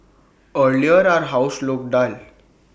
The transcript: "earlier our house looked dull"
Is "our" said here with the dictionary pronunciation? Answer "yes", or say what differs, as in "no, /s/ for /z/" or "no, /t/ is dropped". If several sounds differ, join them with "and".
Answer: yes